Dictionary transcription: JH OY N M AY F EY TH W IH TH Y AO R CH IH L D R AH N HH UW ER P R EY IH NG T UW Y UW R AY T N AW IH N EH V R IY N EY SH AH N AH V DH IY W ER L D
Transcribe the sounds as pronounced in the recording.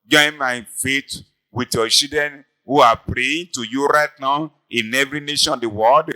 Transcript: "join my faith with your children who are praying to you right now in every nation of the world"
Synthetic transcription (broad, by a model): JH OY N M AY F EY T W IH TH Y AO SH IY D AH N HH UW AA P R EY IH T UW Y UW R AY T N AW IH N EH V R IY N EY SH AH N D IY W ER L D